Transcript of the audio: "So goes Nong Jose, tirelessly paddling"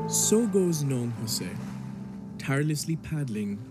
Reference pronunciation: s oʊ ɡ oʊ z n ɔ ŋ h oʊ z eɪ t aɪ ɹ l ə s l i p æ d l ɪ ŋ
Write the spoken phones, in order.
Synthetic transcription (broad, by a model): s oʊ ɡ oʊ z n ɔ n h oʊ s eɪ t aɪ ɹ l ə s l i p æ d l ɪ ŋ